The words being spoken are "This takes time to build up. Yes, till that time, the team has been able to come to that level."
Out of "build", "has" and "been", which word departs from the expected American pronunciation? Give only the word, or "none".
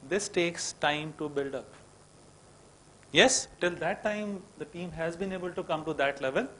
none